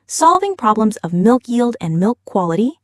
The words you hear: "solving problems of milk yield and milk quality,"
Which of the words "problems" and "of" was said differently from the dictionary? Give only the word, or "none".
none